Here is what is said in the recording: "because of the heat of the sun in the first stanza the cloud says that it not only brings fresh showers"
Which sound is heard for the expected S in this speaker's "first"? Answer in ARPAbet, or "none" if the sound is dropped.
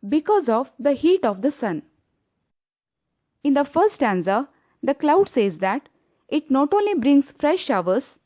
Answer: none